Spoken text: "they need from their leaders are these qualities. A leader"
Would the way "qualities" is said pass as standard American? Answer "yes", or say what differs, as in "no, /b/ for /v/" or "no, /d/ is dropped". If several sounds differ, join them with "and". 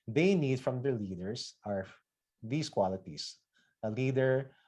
no, /s/ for /z/